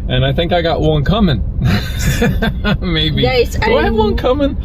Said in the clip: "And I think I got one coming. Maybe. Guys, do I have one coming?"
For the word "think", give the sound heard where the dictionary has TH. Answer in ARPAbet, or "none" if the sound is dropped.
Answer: TH